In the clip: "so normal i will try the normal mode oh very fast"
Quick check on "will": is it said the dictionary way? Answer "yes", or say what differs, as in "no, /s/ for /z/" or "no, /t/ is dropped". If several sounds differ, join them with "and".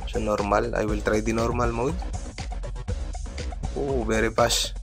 yes